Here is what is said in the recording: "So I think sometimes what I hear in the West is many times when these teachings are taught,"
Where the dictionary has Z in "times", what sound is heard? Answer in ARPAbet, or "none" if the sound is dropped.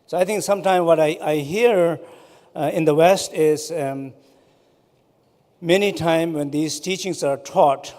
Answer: none